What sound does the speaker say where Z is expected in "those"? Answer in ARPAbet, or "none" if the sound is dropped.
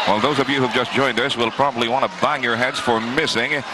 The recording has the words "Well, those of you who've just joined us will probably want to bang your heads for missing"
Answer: Z